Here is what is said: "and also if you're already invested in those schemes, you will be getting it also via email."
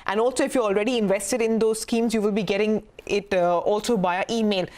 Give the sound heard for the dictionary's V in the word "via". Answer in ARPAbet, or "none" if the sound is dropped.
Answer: B